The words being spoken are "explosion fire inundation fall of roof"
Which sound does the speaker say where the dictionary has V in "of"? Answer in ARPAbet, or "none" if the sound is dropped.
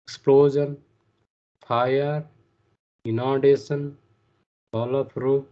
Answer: P